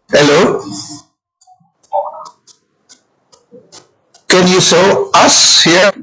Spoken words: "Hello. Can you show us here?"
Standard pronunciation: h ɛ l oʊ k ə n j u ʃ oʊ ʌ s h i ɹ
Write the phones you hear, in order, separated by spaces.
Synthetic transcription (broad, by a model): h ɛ l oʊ k ə n j u s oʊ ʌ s h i